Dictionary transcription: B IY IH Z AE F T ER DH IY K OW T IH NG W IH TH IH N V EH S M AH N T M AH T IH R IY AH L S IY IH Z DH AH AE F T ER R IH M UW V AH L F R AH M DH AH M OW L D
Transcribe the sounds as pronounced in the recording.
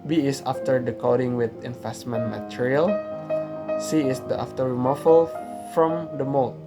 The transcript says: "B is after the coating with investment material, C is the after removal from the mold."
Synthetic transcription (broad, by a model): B IY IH S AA F T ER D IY K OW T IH NG W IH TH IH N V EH S M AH N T M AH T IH R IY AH L S IY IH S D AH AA F T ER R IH M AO F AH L F R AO M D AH M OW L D